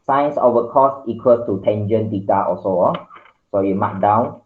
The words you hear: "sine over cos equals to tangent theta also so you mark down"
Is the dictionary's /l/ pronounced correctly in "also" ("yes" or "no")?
no